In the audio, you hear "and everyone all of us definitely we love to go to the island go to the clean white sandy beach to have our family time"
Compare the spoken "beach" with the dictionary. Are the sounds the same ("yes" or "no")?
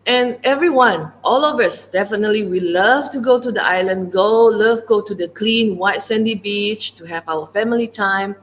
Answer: yes